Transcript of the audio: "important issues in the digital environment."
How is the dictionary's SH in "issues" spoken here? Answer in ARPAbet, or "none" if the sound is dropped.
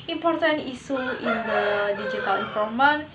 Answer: S